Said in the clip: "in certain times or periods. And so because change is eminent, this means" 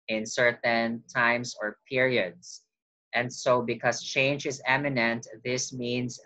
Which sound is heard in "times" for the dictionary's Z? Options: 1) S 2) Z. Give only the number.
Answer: 1